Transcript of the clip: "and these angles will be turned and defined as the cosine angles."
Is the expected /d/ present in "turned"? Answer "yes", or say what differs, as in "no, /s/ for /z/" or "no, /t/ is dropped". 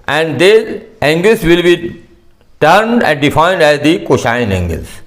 yes